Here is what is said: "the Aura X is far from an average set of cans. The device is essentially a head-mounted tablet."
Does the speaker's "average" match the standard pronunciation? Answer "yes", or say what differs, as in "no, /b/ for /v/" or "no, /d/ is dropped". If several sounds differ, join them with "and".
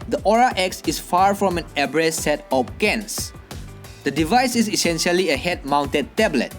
no, /b/ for /v/